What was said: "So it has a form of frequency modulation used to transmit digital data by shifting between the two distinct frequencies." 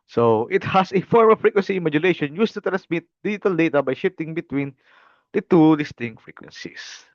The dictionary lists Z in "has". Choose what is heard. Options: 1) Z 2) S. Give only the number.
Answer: 2